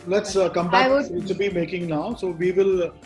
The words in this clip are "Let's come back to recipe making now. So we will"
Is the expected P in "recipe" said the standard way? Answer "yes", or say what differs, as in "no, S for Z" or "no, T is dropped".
no, B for P